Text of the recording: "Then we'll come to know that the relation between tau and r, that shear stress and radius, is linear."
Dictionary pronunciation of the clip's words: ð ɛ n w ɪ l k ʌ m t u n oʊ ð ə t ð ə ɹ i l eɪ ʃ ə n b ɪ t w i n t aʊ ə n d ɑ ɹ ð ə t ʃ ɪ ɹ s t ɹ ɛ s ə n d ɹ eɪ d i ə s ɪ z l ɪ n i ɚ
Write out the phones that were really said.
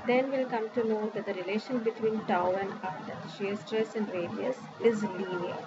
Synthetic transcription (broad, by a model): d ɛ n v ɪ l k ʌ m t u n oʊ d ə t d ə ɹ i l eɪ ʃ ə n b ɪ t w i n t aʊ ə n d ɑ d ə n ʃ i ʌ s t ɹ ɛ s ə n d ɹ eɪ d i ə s ɪ z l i n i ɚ